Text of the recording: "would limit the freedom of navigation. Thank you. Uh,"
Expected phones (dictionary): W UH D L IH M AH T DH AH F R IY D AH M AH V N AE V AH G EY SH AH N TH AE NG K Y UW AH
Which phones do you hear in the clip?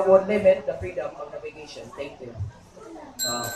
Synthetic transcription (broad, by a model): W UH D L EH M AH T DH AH F R IY D AH M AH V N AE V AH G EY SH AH N T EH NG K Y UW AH